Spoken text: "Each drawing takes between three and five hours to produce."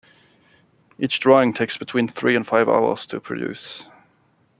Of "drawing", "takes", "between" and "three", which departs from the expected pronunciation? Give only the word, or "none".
none